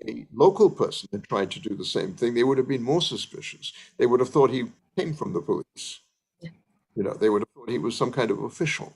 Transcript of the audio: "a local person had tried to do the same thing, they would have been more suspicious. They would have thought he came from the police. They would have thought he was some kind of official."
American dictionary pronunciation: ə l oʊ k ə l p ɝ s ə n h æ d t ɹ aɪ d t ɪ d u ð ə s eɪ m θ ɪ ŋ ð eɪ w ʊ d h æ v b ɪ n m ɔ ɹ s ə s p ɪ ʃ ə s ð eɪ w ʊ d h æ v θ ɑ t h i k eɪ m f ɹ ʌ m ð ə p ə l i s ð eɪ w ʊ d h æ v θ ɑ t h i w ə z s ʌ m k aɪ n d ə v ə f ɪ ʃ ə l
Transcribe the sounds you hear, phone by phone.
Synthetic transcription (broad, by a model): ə l oʊ k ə l p ɝ s n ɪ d t ɹ aɪ d t ɪ d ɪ ð ə s eɪ m θ ɪ ŋ ð eɪ w ʊ d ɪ v b ɪ n m ɔ ɹ s ə s p ɪ ʃ ə s ð eɪ w ʊ d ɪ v θ ɑ t h i k eɪ m f ɹ ʌ m ð ə p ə l i s ð eɪ w ʊ d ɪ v θ ɑ t h i w ə z s ʌ m k aɪ n d ə v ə f ɪ ʃ l